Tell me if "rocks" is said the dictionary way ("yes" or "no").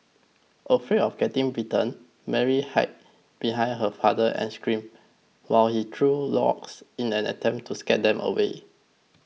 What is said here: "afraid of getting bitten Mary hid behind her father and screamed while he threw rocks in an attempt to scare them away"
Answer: no